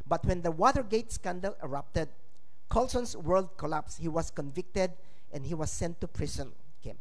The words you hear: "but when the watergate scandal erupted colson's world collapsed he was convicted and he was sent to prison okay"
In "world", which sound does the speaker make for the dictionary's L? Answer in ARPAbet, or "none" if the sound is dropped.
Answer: L